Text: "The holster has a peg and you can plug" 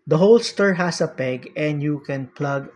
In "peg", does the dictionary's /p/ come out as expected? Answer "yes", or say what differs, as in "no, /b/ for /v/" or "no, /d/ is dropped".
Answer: yes